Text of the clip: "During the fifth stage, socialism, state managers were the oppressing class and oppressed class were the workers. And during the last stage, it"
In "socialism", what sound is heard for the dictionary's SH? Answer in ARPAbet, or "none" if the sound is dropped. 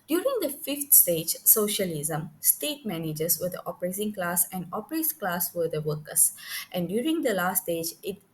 SH